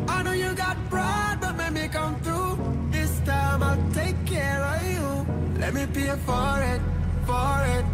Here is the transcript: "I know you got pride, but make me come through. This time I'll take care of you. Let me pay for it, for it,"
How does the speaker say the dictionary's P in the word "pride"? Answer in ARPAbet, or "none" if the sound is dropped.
B